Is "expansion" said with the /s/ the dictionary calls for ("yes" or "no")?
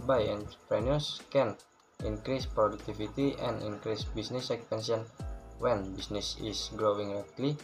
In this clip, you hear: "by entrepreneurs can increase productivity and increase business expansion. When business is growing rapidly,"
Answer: no